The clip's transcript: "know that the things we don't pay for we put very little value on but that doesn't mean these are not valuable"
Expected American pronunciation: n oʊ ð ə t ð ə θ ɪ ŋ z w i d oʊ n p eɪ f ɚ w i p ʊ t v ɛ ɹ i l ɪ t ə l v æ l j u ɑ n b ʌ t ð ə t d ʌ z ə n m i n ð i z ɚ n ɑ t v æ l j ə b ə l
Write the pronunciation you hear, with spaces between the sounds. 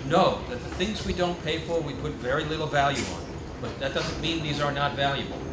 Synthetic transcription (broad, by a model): n oʊ ð ə t ð ə θ ɪ ŋ z w i d oʊ n p eɪ f ɚ w i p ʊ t v ɛ ɹ i l ɪ t l v æ l j u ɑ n b ʌ t ð ə t d ʌ z ə n m i n ð i z ɚ n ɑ t v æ l j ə b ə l